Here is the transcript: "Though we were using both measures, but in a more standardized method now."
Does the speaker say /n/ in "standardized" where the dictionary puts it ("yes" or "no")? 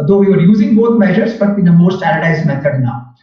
no